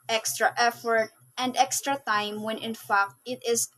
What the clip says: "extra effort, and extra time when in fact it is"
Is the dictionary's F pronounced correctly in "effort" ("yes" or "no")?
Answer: yes